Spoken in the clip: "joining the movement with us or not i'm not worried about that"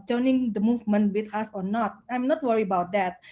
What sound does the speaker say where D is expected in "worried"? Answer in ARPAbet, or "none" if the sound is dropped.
none